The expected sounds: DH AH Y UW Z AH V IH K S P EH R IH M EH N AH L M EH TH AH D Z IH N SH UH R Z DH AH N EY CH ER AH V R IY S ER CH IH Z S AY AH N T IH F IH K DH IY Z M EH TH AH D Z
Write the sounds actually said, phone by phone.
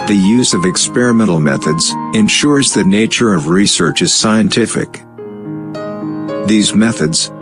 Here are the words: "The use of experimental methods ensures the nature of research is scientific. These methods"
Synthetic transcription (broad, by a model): DH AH Y UW Z AH V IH K S P EH R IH M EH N L M EH TH AH D Z IH N SH UH R Z DH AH N EY CH ER AH V R IY S ER CH IH Z S AY AH N T IH F IH K DH IY Z M EH TH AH D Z